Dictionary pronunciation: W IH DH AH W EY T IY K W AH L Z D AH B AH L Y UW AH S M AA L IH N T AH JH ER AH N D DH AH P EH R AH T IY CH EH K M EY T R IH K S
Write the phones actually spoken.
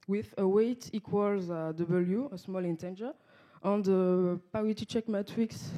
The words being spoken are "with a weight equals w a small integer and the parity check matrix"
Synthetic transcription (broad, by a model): W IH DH AH W EY T IY K W AH L Z D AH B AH L Y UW AH S M AA L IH N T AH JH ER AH N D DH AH P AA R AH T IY CH EH K M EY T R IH K S